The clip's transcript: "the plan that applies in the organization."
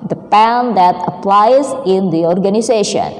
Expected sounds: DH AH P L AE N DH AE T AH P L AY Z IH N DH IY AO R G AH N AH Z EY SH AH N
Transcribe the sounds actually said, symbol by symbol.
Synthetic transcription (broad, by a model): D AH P AE N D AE T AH P L AY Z IH N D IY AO R G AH N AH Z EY SH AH N